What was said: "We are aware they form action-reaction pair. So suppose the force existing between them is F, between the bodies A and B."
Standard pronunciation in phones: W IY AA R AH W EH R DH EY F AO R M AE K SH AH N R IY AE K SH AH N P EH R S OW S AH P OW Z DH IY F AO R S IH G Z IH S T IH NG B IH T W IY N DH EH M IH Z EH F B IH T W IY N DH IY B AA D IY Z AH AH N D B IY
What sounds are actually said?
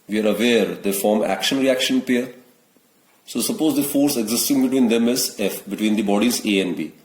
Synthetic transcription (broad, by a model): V IY AA R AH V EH R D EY F AO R M AE K SH AH N R IY AE K SH AH N P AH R S OW S AH P OW Z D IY F AO R S IH G Z IH S T IH NG B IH T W IY N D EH M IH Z EH F B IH T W IY N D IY B AA D IY Z AH AH N D B IY